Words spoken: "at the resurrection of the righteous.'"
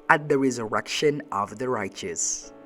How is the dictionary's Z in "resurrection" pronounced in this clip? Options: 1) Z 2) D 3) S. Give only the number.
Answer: 1